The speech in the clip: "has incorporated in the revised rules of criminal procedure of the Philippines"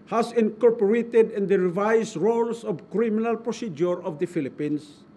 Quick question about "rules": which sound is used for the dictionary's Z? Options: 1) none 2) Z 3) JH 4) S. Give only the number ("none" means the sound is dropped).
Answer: 4